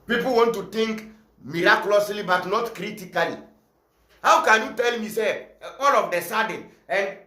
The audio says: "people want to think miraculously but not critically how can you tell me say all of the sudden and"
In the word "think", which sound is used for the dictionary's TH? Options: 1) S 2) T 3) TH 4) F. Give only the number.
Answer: 2